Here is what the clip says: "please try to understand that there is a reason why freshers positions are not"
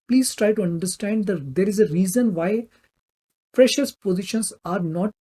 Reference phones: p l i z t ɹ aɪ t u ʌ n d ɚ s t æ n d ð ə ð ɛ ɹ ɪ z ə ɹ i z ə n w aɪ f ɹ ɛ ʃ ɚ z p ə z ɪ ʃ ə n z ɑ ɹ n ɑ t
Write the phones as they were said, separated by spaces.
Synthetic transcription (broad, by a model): p l i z t ɹ aɪ t u ʌ n d ɚ s t æ n d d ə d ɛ ɹ ɪ z ə ɹ i z ə n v aɪ p ɹ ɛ ʃ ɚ s p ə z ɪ ʃ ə n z ɑ ɹ n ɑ t